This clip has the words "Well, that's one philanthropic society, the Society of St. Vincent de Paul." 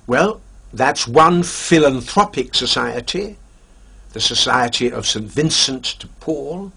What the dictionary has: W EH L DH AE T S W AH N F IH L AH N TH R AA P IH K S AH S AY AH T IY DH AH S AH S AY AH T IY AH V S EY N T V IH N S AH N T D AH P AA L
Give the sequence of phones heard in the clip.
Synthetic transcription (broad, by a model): W EH L DH AE T S W AH N F IH L AH N TH R AA P IH K S AH S AY AH T IY DH AH S AH S AY AH T IY AH V S EY N T V IH N S AH N T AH P AA L